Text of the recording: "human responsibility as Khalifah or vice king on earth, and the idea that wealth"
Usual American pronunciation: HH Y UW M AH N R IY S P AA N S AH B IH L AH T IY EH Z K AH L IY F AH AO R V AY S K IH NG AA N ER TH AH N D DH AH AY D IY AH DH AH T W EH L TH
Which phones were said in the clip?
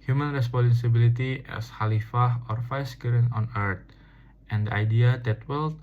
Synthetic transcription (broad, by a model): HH Y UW M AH N R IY S P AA N S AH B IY L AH T IY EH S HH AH L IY F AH AO R F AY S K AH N AA N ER T AH N D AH AY D IY AH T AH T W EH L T